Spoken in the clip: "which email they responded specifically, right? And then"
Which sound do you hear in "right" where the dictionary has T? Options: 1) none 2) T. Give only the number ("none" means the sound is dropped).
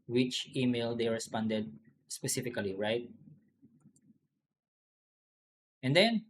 2